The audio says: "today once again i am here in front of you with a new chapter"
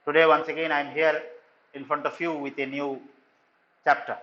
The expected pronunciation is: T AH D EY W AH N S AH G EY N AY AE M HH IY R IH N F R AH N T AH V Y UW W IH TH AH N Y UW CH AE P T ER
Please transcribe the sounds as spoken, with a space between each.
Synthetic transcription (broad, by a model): T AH D EY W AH N S AH G EY N AY M HH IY R IH N F R AH N T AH F Y UW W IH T AH N Y UW CH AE P T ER